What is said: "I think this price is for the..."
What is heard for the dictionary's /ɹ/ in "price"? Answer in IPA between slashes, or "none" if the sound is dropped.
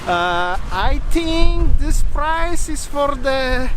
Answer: /ɹ/